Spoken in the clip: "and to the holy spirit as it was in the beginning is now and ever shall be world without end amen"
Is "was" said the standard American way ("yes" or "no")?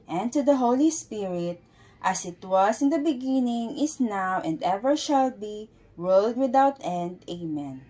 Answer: no